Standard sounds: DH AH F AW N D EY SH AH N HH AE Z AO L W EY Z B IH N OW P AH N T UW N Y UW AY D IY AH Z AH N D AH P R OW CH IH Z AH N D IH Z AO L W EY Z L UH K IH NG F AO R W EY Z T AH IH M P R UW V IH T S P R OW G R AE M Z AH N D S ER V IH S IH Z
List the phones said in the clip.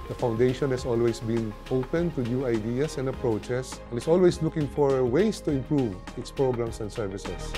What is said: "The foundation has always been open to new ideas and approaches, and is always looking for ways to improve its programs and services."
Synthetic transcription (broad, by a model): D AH F AW N D EY SH AH N HH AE S AO L W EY S B IH N OW P AH N T UW N Y UW AY D IY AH S AH N D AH P R OW CH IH S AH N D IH S AO L W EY S L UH K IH NG F AO R W EY S T AH IH M P R UW V IH T S P R OW G R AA M S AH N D S ER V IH S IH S